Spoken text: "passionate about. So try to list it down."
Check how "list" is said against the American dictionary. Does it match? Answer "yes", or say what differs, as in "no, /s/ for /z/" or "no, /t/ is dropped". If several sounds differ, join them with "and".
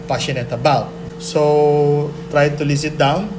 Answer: no, /t/ is dropped